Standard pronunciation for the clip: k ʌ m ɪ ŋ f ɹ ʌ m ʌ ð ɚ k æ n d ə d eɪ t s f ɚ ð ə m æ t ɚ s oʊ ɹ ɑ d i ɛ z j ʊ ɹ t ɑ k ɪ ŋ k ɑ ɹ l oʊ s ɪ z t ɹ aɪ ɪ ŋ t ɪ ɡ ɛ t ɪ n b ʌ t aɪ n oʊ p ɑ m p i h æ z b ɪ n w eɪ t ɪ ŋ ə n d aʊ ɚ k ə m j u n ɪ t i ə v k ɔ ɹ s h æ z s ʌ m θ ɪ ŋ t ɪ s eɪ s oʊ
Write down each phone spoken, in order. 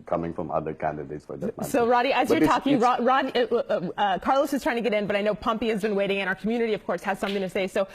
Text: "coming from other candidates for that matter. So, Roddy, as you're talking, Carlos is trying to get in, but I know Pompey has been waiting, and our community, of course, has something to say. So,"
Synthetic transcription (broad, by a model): k ʌ m ɪ ŋ f ɹ ʌ m ʌ ð ɚ k æ n d ə d eɪ t s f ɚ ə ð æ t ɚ s oʊ ɹ ɑ d i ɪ z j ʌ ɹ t ɑ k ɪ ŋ k ɑ ɹ l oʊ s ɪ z t ɹ aɪ ɪ ŋ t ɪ ɡ ɛ t ɪ n b ʌ t aɪ n oʊ p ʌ m p i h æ z b ɪ n w eɪ t ɪ ŋ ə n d aʊ ɚ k m j u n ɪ t i ə v k ɔ ɹ s h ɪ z s ʌ m θ ɪ ŋ t ɪ s eɪ s oʊ